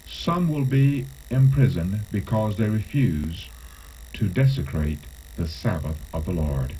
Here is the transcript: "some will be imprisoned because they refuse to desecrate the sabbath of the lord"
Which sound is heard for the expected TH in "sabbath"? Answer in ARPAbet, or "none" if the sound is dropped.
TH